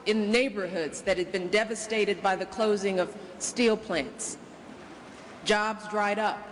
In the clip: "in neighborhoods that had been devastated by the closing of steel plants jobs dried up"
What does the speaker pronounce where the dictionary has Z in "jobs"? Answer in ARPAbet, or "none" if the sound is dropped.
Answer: Z